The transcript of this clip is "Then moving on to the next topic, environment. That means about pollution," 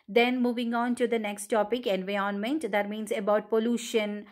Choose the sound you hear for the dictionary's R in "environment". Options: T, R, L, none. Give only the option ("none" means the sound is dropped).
none